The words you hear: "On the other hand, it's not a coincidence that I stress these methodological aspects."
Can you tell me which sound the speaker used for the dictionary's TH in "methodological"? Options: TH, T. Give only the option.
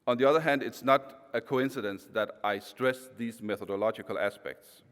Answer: TH